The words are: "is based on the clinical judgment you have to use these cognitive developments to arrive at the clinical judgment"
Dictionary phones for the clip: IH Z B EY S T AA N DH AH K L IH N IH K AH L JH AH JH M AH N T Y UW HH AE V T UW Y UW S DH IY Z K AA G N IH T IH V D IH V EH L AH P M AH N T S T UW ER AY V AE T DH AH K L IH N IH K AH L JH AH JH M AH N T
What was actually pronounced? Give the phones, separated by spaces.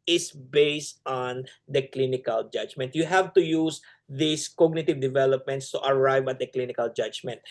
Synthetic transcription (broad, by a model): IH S B EY S T AA N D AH K L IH N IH K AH L JH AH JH M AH N T Y UW HH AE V T UW Y UW S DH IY S K AA G N IH T IH V D IH V EH L AH P M AH N T S T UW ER AY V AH T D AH K L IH N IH K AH L JH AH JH M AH N T